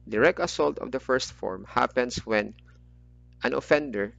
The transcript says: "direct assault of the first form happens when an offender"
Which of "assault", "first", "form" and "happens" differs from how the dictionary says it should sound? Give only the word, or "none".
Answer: happens